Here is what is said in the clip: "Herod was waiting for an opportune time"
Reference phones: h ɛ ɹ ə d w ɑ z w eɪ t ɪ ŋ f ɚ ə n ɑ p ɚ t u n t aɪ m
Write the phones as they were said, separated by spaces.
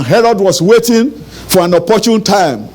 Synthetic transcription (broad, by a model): h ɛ ɹ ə d w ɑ s w eɪ t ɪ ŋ f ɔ ə n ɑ p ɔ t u n t aɪ m